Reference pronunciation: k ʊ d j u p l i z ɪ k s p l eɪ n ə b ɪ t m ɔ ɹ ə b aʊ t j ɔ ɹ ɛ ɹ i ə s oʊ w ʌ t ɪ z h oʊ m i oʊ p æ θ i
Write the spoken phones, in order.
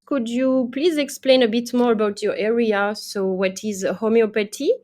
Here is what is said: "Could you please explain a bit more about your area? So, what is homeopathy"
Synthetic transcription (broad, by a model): k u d j u p l i z ɪ k s p l eɪ n ə b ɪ t m ɔ ɹ ə b aʊ t j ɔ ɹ ɛ ɹ i ə s oʊ w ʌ t ɪ z h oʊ m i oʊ p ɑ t i